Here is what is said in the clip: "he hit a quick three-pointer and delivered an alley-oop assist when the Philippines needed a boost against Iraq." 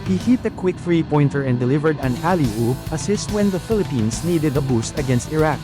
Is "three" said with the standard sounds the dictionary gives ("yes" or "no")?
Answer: no